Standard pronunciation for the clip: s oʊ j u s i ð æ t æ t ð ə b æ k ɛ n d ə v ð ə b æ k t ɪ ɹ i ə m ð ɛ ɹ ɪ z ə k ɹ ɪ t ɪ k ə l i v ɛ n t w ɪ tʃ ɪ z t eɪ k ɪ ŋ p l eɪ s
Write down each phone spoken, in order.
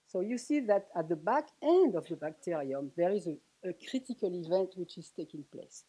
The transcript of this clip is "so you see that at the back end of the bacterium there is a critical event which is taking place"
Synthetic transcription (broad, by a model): s oʊ j u s i ð æ t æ t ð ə b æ k ɛ n d ə v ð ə b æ k t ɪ ɹ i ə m ð ɛ ɹ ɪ z ə k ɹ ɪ t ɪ k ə l i v ɛ n t w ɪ tʃ ɪ z t eɪ k ɪ ŋ p l eɪ s